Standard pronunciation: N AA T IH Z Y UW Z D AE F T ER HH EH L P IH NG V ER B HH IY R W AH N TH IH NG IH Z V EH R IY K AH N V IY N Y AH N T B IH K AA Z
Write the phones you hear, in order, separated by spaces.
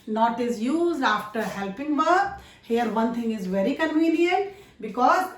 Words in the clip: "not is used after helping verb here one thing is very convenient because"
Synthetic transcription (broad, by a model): N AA T IH Z Y UW Z D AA F T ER HH EH L P IH NG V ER HH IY R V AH N T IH NG IH Z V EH R IY K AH N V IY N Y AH N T B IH K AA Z